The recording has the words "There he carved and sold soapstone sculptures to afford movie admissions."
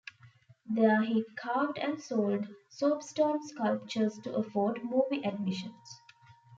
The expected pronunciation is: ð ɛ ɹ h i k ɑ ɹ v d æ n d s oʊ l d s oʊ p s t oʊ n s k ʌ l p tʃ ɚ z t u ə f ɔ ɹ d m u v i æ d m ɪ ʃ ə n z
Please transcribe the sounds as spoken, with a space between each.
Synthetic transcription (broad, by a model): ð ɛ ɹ h i k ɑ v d æ n d s oʊ l d s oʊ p s t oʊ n s k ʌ l p tʃ ɚ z t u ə f ɔ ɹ d m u b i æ d m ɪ ʃ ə n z